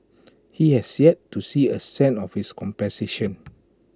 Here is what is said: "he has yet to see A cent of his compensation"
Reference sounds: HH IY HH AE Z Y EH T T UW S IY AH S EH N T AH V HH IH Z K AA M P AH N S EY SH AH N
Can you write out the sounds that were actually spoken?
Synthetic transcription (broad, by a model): HH IY HH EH S Y EH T T UW S IY AH S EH N AH F HH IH S K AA M P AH S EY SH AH N